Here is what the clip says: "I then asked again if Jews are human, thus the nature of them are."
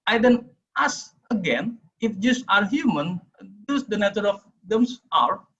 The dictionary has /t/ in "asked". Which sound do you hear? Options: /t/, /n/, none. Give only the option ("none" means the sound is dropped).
none